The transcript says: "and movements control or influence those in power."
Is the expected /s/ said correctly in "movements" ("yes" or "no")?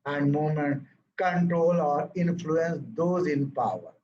no